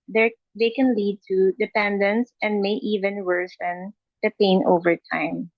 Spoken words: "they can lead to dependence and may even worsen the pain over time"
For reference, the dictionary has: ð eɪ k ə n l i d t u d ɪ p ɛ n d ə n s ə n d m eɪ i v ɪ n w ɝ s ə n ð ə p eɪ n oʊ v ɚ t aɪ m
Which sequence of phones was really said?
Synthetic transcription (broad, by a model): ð eɪ k ə n l i d t u d ɪ p ɛ n d ə n s ə n d m eɪ i v ɪ n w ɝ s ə n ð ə p eɪ n oʊ v ɚ t aɪ m